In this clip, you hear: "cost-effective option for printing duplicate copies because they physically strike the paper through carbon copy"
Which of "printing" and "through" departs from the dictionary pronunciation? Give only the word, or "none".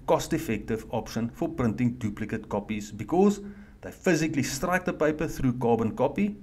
none